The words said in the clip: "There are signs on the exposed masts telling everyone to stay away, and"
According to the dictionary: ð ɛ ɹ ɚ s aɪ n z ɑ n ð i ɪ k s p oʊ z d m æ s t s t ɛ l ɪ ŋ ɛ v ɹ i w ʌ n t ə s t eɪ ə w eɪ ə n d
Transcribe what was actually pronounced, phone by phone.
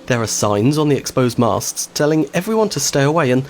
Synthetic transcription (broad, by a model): ð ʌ ɹ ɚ s aɪ n z n ð i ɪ k s p oʊ z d m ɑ s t s t ɛ l ɪ ŋ ɛ v ɹ i w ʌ n t ə s t eɪ ə w eɪ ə n